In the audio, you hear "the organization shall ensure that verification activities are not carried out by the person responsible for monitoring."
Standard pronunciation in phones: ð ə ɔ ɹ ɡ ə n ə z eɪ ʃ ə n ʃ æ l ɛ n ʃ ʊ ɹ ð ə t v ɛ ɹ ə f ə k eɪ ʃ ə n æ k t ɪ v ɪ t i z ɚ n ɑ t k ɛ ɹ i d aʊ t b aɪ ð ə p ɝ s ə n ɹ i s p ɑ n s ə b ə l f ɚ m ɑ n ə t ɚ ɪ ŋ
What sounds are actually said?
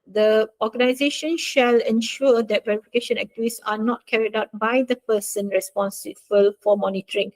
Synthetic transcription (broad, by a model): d ə ɔ ɡ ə n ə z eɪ ʃ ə n ʃ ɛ l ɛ n ʃ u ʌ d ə t v ɛ ɹ ə f ə k eɪ ʃ ə n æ k t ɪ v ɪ s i n ɑ t k ɛ ɹ i d aʊ t b aɪ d ə p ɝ s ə n ɹ i s p ɑ n s ə b ə l f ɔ m ɑ n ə t ɚ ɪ ŋ